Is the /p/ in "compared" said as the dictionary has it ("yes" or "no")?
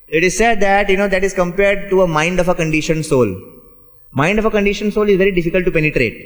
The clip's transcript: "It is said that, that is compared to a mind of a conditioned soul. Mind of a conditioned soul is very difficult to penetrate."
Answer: yes